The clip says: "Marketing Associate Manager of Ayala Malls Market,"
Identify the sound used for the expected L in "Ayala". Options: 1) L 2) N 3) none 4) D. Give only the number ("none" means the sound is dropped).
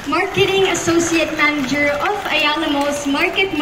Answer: 2